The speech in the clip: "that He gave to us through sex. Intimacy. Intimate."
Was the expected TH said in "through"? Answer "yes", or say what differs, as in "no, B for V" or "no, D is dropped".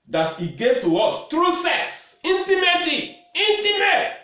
no, T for TH